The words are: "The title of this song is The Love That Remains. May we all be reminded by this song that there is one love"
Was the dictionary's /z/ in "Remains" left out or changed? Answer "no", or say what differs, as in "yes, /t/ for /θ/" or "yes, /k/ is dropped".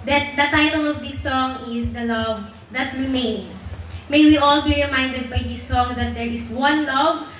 yes, /s/ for /z/